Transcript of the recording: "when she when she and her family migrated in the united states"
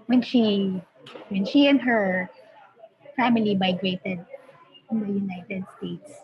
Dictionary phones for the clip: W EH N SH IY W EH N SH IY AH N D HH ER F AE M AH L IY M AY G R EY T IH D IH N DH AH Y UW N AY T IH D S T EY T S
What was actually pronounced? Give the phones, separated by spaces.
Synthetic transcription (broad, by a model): W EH N SH IY W EH N SH IY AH N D HH ER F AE M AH L IY M AY G R EY T IH D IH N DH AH Y UW N AY T IH D S T EY T S